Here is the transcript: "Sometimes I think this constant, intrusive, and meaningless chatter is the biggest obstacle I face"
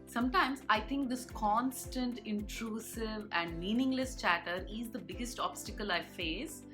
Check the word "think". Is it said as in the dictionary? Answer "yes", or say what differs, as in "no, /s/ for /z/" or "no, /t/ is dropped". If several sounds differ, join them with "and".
no, /t/ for /θ/